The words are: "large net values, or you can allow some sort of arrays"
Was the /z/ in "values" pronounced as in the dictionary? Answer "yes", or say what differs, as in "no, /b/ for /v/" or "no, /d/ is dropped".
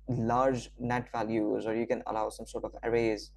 yes